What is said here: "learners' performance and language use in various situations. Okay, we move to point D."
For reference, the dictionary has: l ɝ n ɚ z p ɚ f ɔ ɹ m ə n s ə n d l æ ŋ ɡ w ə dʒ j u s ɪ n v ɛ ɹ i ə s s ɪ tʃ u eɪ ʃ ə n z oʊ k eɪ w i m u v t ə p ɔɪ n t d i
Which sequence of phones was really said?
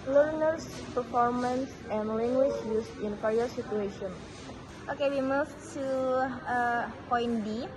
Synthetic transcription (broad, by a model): l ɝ n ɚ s p ɚ f ɔ ɹ m ə n s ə n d l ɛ ŋ ɡ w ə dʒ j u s ɪ n f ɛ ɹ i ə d s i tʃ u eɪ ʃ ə n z oʊ k eɪ w i m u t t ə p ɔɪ n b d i